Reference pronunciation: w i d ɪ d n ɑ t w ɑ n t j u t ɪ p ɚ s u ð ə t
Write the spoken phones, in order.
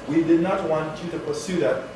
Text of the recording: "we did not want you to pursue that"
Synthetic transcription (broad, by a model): w i d ɪ d n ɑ t w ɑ n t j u t ɪ p ɚ s u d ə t